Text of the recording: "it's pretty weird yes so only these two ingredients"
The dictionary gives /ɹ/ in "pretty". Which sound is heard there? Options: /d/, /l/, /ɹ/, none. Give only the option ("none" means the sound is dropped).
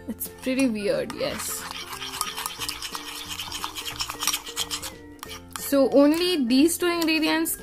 /ɹ/